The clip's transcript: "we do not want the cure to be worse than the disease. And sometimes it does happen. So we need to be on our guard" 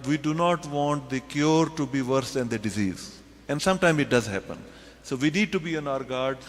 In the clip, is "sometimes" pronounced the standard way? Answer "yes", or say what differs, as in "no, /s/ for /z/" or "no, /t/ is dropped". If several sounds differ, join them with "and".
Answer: no, /z/ is dropped